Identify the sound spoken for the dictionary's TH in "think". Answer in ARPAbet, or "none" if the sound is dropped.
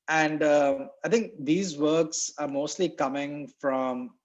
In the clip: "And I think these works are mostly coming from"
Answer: T